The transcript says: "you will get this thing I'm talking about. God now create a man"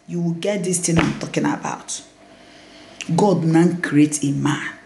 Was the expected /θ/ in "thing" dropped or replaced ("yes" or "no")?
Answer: yes